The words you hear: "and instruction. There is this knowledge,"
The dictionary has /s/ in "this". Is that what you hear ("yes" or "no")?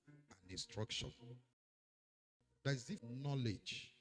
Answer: no